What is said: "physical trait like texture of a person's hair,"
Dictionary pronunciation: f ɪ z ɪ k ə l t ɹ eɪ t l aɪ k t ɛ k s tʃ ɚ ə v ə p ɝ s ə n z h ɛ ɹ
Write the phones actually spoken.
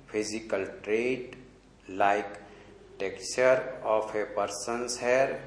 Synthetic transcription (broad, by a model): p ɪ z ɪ k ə l t ɹ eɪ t l aɪ k t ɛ k tʃ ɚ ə p ə p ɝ s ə n s h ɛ ɹ